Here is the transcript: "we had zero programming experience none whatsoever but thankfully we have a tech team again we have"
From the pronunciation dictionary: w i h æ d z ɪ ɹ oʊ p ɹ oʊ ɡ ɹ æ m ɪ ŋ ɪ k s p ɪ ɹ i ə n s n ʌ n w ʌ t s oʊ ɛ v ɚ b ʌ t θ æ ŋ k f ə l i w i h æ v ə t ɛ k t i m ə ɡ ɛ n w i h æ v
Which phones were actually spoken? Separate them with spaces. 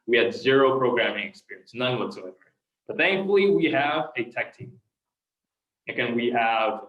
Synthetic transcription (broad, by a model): w i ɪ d z ɪ ɹ oʊ p ɹ oʊ ɡ ɹ æ m ɪ ŋ ɪ k s p ɪ ɹ i ə n s n ʌ n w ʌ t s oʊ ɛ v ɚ b ʌ t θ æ ŋ k f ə l i w i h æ v ə t ɛ k t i ə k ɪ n w i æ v